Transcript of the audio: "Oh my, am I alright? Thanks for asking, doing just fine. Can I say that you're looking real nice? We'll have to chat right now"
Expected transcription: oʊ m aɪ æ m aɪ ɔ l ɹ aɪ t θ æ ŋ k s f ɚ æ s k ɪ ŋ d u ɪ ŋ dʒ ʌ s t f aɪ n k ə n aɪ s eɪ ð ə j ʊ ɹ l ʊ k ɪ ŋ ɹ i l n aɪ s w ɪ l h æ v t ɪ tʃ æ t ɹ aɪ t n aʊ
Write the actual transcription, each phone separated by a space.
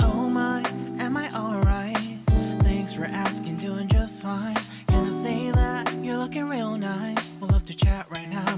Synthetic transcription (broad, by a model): oʊ m aɪ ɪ m aɪ ɔ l ɹ aɪ t θ æ ŋ k s f ɚ æ s k ɪ ŋ d u ɪ ŋ dʒ ʌ s t f aɪ n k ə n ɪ s eɪ ð ə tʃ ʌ ɹ l ʊ k ɪ ŋ ɹ i l n aɪ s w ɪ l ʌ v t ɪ tʃ æ t ɹ aɪ t n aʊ